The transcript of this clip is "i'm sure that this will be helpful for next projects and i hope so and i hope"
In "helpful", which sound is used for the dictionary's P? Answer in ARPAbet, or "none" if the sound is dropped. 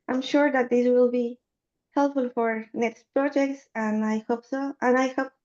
P